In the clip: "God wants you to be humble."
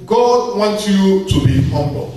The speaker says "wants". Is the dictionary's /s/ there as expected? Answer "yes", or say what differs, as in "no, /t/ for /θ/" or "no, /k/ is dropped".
no, /s/ is dropped